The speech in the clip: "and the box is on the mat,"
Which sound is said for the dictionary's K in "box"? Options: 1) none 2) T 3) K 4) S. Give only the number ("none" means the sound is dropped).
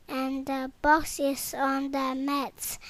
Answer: 3